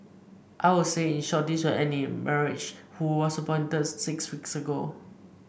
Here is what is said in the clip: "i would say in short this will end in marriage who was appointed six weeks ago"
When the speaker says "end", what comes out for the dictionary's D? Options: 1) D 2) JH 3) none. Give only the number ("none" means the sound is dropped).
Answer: 3